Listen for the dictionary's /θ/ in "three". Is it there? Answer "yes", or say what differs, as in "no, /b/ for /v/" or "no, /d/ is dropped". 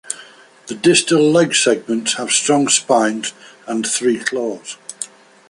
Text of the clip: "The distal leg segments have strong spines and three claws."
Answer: yes